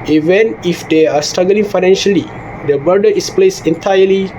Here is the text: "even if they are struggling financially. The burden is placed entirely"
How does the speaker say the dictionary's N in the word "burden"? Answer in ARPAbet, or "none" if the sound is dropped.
none